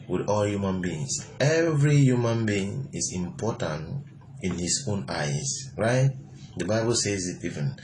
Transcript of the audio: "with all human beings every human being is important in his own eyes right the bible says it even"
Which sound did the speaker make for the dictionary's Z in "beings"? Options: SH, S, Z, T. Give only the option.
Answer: S